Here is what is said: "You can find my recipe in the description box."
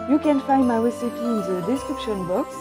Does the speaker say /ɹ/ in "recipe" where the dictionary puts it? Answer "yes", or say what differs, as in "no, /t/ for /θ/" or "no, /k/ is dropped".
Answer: no, /w/ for /ɹ/